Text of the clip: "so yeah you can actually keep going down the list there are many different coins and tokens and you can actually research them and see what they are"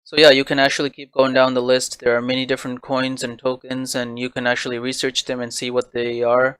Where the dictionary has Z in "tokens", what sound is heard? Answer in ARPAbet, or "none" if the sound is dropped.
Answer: Z